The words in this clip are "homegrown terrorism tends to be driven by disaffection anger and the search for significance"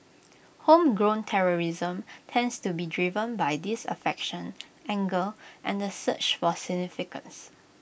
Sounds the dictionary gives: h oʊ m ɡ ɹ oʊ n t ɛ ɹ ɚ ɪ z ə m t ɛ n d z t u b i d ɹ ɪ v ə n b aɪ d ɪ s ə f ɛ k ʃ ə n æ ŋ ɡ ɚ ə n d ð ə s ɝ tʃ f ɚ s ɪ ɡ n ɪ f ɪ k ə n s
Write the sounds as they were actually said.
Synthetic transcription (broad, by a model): h oʊ m ɡ ɹ oʊ n t ɛ ɹ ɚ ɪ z ə m t ɛ n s t u b i d ɹ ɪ v ə n b aɪ d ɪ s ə f ɛ k ʃ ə n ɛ ŋ ɡ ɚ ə n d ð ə s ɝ tʃ f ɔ s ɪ ɡ n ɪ f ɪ k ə n s